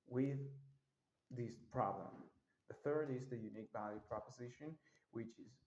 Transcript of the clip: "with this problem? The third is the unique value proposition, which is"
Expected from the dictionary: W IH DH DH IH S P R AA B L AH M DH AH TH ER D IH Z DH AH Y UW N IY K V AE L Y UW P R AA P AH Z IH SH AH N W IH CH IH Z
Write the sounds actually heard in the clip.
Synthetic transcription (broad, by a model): W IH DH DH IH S P R AA B L AH M DH AH TH ER D IH Z DH AH Y UW N IY K B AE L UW P R AA P AH Z IH SH AH N W IH CH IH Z